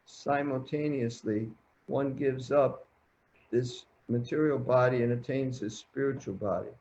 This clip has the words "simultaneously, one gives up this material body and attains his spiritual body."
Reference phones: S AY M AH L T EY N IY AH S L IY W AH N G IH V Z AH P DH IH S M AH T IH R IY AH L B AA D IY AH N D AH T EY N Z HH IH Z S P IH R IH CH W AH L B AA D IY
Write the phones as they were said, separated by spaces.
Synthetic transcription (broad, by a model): S AY M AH L T EY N IY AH S L IY W AH N G IH V Z AH P DH IH S M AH T IH R IY L B AA D IY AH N AH T EY N Z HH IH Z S P IH R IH CH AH L B AA D IY